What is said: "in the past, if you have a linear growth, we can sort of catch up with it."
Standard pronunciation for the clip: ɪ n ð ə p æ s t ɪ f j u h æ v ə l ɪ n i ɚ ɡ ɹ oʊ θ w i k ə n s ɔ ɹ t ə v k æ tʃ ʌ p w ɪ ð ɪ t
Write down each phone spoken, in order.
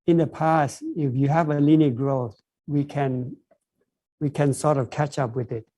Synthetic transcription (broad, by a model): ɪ n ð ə p æ s t ɪ f j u h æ v ə l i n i ɡ ɹ oʊ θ w i k ə n s ɔ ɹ t ə v k æ tʃ ʌ p w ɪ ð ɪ t